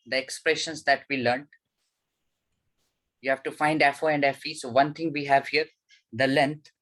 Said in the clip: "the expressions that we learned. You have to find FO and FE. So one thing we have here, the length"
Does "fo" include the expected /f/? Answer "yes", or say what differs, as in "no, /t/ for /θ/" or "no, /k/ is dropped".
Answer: yes